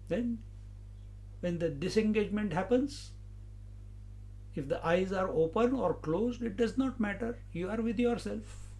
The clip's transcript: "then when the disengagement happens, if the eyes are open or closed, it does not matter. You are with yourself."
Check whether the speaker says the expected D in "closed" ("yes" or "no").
yes